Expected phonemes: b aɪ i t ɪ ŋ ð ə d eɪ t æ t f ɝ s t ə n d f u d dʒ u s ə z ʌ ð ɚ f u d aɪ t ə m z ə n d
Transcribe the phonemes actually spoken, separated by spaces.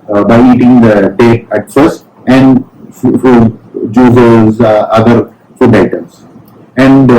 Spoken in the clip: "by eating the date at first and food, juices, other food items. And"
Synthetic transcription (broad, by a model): b aɪ i t ɪ ŋ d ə d eɪ t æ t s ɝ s ə n d f u d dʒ u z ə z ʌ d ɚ f u d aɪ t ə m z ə n d